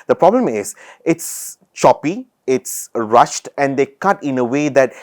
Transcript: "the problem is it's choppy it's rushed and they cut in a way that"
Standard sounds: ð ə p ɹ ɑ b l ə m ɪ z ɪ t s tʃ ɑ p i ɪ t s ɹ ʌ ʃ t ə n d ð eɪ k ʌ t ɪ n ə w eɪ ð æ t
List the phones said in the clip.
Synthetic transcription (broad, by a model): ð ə p ɹ ɑ b l ə m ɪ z ɪ t s tʃ ɑ p i ɪ t s ɹ ʌ ʃ t ə n d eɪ k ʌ t ɪ n ə w eɪ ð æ t